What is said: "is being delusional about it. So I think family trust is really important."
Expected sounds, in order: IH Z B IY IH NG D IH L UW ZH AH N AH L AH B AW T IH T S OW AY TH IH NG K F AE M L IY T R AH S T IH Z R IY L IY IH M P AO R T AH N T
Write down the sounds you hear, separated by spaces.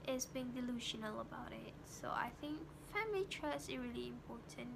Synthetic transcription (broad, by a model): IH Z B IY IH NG D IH L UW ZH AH N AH L AH B AW T IH T S OW AY TH IH NG K F AE M L IY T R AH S IH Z R IY L IY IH M P AO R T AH N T